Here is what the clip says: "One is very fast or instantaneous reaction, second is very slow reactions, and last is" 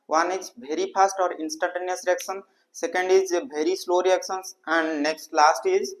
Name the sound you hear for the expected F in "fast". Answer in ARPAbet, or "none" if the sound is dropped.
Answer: P